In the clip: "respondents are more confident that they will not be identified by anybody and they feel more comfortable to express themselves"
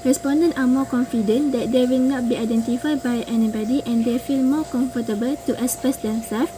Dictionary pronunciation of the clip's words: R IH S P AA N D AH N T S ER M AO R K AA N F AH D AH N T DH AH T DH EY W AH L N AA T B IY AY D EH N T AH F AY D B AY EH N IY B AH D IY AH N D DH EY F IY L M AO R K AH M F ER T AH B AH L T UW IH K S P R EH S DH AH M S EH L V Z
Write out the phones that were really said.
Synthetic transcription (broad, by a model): R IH S P AA N D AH N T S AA M AO K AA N F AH D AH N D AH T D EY W AH L N AA T B IY AY D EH N T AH F AY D B AY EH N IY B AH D IY AH N D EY F IY L M AO K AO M F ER T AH B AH L T UW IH S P EH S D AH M S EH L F